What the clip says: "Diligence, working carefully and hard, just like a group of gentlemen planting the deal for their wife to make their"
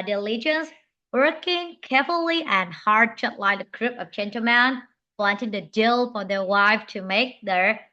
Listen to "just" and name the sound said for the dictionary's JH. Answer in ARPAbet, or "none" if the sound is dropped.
CH